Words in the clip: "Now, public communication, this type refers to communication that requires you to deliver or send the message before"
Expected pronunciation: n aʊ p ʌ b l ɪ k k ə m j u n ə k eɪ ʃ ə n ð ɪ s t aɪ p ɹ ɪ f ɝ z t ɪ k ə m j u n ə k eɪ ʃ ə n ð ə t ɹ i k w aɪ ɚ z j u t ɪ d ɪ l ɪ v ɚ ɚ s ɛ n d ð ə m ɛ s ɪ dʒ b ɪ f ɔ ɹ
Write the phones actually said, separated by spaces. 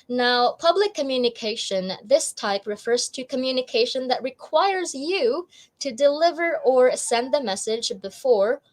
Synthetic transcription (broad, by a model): n aʊ p ʌ b l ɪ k k ə m j u n ə k eɪ ʃ ə n ð ɪ s t aɪ p ɹ ɪ f ɝ z t ɪ k ə m j u n ə k eɪ ʃ ə n ð ə t ɹ i k w aɪ ɚ z j u t ɪ d ɪ l ɪ v ɚ ɚ s ɛ n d ð ə m ɛ s ɪ dʒ b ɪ f ɔ ɹ